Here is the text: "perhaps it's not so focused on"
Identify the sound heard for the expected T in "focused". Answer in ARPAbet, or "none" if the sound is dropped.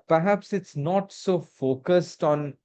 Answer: T